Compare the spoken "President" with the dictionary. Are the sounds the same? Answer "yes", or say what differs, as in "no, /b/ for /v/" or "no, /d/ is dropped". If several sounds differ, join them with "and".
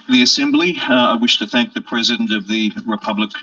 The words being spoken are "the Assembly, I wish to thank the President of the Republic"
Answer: yes